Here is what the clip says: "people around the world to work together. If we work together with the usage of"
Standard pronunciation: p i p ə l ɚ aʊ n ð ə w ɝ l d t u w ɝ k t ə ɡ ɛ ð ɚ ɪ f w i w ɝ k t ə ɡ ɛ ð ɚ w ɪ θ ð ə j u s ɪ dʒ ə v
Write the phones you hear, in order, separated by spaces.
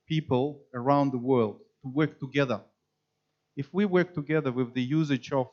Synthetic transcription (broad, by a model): p i p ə l ɚ aʊ n ð ə w ɝ l d t u w ɝ k t ə ɡ ɛ ð ɚ ɪ f w i w ɝ k t ə ɡ ɛ ð ɚ w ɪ ð ə j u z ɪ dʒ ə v